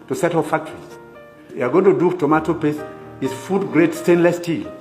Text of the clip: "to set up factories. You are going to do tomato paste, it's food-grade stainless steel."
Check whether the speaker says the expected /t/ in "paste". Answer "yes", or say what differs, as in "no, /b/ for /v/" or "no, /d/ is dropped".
no, /t/ is dropped